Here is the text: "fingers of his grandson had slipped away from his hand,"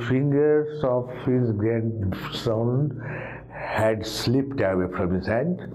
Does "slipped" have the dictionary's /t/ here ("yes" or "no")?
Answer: yes